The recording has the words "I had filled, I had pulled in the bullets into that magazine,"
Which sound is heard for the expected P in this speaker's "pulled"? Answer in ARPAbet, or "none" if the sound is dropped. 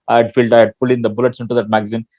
F